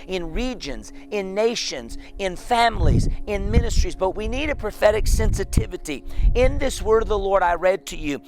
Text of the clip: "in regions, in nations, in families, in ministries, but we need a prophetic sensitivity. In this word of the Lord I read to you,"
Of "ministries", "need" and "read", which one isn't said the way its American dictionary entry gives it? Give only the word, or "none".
none